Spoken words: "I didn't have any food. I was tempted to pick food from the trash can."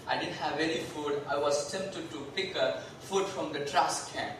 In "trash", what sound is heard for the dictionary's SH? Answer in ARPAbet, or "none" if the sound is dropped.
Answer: S